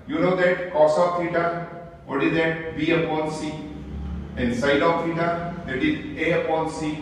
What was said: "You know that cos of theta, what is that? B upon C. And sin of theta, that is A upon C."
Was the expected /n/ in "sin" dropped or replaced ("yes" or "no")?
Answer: yes